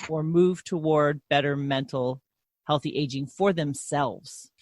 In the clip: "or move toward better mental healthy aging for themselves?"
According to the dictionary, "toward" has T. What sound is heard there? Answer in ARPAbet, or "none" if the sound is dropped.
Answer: T